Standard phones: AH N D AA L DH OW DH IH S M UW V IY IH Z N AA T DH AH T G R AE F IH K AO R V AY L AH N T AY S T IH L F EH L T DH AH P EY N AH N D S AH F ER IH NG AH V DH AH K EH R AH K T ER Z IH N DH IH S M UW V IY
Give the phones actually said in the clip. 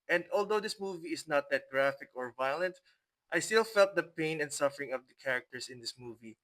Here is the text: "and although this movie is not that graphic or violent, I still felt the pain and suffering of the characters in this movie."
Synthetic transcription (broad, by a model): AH N D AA L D OW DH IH S M UW V IY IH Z N AA T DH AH T G R AE F IH K AO R V AY L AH N T AY S T IH L F EH L T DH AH P EY N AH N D S AH F ER IH NG AH V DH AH K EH R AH K T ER S IH N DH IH S M UW V IY